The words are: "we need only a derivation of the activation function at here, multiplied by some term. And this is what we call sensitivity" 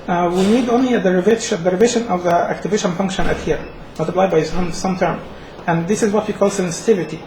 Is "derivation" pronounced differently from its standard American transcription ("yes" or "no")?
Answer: no